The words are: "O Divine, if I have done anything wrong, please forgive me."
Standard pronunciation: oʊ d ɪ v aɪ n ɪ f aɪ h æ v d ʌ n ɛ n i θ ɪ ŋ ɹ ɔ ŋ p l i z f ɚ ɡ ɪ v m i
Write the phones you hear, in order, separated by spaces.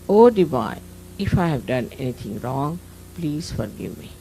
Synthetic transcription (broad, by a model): oʊ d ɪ b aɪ ɪ f aɪ h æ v d ʌ n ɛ n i t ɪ ŋ ɹ ɔ ŋ p l i z f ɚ ɡ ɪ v m i